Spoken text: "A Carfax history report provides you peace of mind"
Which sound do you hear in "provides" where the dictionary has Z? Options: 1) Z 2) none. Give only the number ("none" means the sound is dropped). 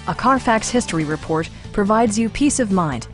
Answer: 1